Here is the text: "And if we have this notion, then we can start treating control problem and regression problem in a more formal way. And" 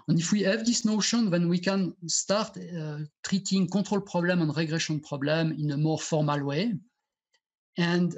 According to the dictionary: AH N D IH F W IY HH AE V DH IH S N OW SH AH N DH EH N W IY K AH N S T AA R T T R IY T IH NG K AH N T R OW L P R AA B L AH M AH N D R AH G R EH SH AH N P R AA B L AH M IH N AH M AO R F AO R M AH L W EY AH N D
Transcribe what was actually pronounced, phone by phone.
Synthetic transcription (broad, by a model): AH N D IH F W IY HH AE V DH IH S N OW SH AH N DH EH N W IY K AH N S T AA R T T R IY T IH NG K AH T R OW L P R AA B L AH M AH N R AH G R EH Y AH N P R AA B L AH M IH N AH M AO R F AO R M AH L W EY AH N D